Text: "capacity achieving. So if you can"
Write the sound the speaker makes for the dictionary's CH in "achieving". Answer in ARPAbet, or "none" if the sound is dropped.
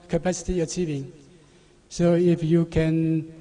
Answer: CH